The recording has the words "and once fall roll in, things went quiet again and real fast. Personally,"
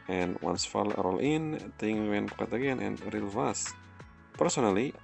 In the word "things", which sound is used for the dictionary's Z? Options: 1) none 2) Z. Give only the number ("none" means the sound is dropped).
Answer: 1